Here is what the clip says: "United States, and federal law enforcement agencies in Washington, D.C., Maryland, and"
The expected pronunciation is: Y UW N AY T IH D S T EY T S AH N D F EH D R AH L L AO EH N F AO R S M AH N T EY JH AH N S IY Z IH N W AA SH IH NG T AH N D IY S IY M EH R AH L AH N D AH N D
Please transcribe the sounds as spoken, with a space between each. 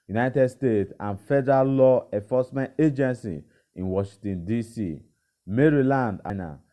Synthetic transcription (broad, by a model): Y UW N AY T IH D S T EY T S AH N F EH D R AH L L AO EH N F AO S M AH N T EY JH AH N S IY IH N W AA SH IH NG T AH N D IY S IY M EH R AH L AH N D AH N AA